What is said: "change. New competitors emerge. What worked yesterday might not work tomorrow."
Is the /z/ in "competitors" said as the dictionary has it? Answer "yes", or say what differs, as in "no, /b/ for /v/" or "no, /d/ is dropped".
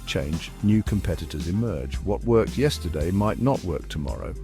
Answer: yes